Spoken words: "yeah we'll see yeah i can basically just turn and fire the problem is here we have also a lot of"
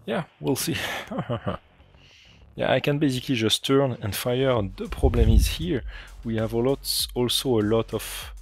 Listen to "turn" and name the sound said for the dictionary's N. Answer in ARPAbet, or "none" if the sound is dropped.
N